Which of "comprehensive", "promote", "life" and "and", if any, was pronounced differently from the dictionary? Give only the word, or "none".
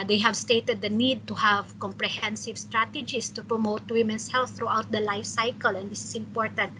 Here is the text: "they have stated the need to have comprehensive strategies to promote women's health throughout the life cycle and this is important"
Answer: none